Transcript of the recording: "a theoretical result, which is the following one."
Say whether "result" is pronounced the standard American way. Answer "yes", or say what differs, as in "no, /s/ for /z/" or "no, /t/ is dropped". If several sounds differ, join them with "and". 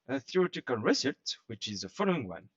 no, /s/ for /z/ and /l/ is dropped